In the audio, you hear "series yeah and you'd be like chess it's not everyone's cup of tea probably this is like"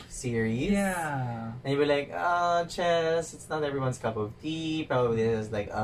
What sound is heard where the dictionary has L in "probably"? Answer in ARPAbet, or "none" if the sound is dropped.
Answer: none